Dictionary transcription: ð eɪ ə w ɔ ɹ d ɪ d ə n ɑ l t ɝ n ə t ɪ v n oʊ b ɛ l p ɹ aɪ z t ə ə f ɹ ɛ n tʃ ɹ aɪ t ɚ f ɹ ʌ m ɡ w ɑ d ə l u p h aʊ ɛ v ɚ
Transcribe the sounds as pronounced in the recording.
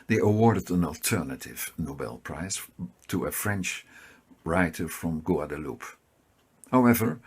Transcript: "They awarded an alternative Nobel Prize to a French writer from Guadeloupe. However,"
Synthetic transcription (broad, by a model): ð eɪ ə w ɔ ɹ d ɪ d ə n ɑ l t ɝ n ə t ɪ v n oʊ b ɛ l p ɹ aɪ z t ə ə f ɹ ɛ n tʃ ɹ aɪ t ɚ f ɹ ʌ m ɡ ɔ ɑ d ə l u p h aʊ ɛ v ɚ